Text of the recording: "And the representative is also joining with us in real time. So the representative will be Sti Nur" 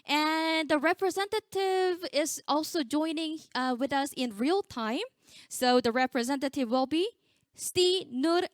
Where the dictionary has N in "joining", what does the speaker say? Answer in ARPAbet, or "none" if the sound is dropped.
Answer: N